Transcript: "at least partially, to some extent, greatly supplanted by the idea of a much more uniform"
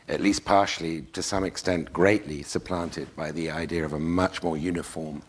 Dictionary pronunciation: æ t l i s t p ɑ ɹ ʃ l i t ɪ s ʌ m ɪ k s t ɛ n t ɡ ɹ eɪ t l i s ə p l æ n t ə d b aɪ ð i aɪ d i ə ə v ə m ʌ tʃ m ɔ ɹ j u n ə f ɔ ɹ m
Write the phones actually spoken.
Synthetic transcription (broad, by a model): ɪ t l i s p ɑ ɹ ʃ l i t ɪ s ʌ m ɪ k s t ɛ n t ɡ ɹ eɪ t l i s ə p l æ n t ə d b aɪ ð i aɪ d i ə ə v ə m ʌ tʃ m ɔ ɹ j u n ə f ɔ ɹ m